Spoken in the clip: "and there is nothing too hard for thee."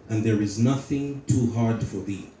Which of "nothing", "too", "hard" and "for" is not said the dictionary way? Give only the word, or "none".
none